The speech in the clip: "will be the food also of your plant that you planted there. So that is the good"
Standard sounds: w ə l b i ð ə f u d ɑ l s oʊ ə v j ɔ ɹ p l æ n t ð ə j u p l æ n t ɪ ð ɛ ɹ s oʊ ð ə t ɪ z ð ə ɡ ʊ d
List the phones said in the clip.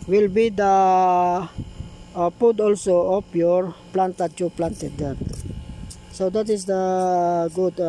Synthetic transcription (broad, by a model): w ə l b i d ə p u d ɑ l s oʊ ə p j ɔ ɹ p l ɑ n t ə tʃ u p l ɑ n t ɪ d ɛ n s oʊ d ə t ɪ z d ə ɡ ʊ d